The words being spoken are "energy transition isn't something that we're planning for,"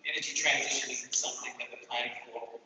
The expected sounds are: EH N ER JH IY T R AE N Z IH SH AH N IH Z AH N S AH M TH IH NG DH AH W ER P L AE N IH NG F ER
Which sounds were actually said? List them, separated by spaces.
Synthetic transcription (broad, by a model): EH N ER JH IY T R AE N Z IH SH AH N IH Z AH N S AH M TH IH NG DH AH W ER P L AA IH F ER